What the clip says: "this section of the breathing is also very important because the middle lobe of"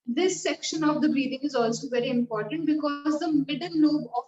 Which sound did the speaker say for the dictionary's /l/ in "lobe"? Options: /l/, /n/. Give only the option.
/n/